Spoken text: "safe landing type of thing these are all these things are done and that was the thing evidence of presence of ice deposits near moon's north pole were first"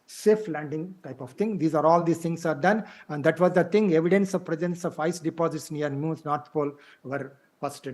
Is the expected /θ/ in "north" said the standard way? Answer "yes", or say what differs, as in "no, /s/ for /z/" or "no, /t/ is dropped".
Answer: no, /t/ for /θ/